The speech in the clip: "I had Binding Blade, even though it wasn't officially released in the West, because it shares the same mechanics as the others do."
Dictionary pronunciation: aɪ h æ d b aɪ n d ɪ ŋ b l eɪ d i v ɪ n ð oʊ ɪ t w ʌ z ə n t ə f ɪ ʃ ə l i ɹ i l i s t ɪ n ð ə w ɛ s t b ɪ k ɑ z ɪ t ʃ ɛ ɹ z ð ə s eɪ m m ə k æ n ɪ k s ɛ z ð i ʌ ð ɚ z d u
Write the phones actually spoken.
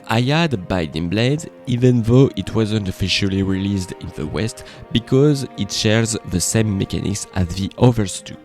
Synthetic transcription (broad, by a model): aɪ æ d b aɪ d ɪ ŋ b l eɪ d i v ɪ n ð oʊ ɪ t w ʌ z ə n t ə f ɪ ʃ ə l i ɹ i l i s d ɪ n ð ə w ɛ s t b ɪ k ɑ z ɪ t ʃ ɛ ɹ z ð ə s eɪ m m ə k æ n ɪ k s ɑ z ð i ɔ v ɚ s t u